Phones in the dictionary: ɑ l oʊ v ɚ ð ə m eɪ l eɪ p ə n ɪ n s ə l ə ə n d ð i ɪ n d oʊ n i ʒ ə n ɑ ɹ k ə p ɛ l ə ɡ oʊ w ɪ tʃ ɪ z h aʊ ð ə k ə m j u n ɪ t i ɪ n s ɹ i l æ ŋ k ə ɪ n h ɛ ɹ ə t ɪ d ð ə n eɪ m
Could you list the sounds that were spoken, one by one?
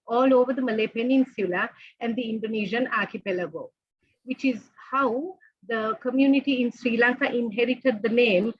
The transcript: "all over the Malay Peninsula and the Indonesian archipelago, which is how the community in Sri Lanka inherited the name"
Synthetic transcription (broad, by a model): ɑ l oʊ v ɚ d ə m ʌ l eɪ p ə n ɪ n s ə l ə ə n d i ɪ n d oʊ n i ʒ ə n ɑ ɹ k ə p ɛ l ə ɡ oʊ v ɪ tʃ ɪ z h aʊ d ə k ə m j u n ɪ t i ɪ n s ɹ i l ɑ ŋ k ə ɪ n h ɛ ɹ ə t ɪ d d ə n eɪ m